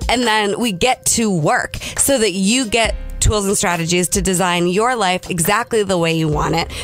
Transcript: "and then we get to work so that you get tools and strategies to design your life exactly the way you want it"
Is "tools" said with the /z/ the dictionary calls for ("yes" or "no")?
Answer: yes